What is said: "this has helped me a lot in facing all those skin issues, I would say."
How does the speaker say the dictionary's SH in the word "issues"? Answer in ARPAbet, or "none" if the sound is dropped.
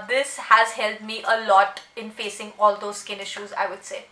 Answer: SH